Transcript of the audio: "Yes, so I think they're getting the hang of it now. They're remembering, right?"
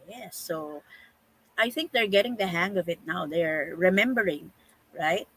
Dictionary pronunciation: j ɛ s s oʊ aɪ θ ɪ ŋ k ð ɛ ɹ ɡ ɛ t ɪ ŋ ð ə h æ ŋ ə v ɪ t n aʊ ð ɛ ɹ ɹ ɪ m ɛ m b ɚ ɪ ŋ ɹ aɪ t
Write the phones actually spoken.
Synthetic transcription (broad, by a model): j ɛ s s oʊ aɪ θ ɪ ŋ k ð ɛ ɹ ɡ ɛ t ɪ ŋ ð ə h æ ŋ ə v ɪ t n aʊ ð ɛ ɹ ɹ ɪ m ɛ m b ɚ ɪ ŋ ɹ aɪ t